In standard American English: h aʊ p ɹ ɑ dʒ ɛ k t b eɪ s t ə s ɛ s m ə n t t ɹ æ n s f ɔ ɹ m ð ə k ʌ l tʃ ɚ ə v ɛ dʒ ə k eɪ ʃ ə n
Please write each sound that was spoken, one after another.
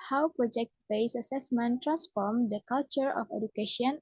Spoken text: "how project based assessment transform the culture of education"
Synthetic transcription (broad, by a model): h aʊ p ɹ ɑ dʒ ɛ k t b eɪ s ə s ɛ s m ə n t t ɹ æ n s f ɔ ɹ m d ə k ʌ l tʃ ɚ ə f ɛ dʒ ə k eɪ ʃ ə n